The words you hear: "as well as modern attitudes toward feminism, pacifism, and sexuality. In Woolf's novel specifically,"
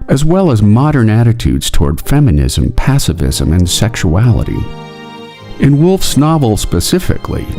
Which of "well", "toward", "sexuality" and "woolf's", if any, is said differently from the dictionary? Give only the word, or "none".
none